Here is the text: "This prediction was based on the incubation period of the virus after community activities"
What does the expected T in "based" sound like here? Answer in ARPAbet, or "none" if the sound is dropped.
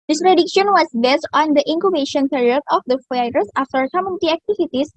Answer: T